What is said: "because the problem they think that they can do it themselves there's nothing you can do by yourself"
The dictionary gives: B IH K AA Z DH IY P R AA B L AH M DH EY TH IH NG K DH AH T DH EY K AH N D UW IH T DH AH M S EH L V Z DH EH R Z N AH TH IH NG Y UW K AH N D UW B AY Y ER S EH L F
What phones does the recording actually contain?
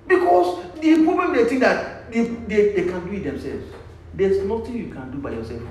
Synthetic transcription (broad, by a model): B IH K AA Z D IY P R AA B L AH M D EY T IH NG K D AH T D EY K AH N D UW IH T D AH M S EH L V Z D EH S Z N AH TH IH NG Y UW K AH N D UW B AY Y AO S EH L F